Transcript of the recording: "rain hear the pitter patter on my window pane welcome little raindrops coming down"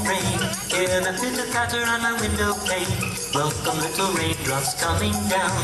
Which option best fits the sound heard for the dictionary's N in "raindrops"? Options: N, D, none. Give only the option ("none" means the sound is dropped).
none